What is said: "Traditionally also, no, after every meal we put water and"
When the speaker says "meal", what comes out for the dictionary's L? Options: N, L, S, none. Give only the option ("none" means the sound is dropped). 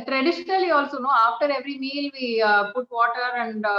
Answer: L